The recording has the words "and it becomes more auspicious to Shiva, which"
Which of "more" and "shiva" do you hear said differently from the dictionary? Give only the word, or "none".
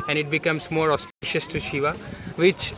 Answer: none